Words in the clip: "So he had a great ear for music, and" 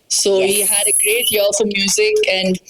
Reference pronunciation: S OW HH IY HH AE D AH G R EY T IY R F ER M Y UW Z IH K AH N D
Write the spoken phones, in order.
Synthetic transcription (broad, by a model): S OW HH IY HH AE D AH G R EY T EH L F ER M Y UW Z IH K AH N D